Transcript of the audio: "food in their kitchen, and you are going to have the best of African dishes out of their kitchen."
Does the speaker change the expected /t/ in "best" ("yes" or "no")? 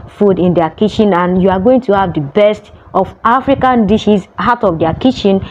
no